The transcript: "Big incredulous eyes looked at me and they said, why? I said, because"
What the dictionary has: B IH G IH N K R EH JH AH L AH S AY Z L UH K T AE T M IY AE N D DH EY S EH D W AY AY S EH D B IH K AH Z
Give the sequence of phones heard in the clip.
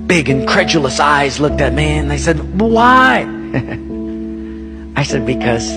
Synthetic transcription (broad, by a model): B IH G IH N K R EH JH L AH S AY Z L UH K T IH T M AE N DH EY S EH D W AY AY S EH D B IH K AH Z